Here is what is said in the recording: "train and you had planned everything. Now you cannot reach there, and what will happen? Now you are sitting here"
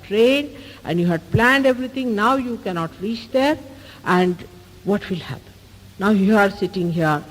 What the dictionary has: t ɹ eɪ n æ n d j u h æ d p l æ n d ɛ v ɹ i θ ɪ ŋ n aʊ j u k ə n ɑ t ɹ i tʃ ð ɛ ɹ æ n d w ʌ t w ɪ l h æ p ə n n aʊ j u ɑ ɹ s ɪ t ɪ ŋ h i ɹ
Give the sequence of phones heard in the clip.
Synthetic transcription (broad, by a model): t ɹ eɪ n æ n d j u h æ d p l æ n d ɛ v ɹ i t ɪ ŋ n aʊ j u k ə n ɑ t ɹ i tʃ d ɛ ɹ æ n d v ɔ t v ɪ l h æ p ə n n aʊ j u ɑ ɹ s ɪ t ɪ ŋ h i ɹ